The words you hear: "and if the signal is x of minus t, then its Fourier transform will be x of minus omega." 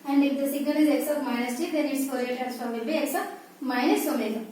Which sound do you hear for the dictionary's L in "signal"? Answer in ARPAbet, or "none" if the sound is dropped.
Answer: N